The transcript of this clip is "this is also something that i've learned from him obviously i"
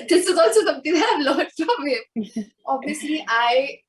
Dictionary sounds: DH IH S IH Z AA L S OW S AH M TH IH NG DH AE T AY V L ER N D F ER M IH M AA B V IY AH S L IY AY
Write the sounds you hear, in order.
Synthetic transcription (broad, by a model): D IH S IH Z AA L S OW S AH M T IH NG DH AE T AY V L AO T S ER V IH M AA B IY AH S L IY AY